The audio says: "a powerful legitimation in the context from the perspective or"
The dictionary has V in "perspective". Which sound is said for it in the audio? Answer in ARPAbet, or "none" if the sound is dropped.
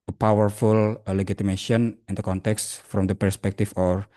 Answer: F